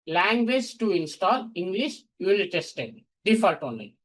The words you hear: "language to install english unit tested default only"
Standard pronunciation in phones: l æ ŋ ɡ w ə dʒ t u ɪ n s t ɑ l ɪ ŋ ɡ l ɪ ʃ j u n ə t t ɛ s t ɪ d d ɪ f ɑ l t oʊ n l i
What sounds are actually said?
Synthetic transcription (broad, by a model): l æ ŋ ɡ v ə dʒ t u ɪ n s t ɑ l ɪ ŋ ɡ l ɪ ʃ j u ə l t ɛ s t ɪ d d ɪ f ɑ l t oʊ n l i